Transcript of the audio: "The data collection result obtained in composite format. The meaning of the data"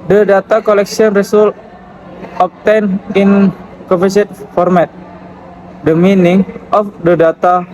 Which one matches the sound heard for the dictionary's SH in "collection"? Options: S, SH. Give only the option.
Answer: S